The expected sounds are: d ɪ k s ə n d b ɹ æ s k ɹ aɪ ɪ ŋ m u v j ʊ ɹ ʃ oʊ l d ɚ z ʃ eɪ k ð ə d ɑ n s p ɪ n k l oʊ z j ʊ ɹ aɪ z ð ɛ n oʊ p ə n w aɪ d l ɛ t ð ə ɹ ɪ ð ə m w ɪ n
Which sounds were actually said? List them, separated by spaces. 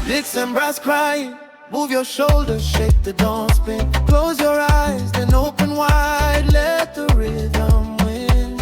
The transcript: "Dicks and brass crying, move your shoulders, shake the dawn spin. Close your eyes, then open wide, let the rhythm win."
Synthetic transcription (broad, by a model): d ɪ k s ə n b ɹ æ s k ɹ aɪ ɪ ŋ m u v j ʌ ɹ ʃ oʊ l d ɚ ʃ eɪ k ð ə d ɑ n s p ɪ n k l oʊ z j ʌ ɹ aɪ z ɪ n oʊ p ə n w aɪ d l ɛ t ð ə ɹ ɪ ð ə m w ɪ n